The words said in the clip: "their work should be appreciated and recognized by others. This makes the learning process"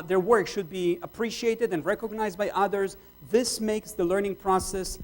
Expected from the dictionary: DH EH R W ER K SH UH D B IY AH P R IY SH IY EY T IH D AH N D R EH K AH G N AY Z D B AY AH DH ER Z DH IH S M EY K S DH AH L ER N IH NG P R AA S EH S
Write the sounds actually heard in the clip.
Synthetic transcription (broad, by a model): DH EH R W ER K SH UH D B IY AH P R IY SH IY EY T IH D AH N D R EH K AH G N AY Z D B AY AH DH ER Z DH IH S M EY K S DH AH L ER N IH NG P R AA S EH S